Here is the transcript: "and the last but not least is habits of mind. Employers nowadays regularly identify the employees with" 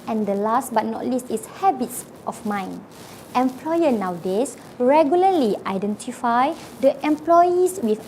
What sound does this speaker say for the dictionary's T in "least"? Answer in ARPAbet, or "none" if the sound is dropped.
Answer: T